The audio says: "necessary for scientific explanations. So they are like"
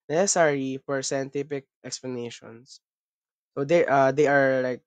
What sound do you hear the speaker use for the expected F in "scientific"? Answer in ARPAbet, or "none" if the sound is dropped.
P